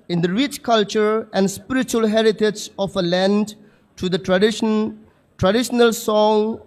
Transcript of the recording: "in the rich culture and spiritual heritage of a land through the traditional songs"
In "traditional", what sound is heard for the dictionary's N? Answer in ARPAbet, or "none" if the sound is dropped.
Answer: N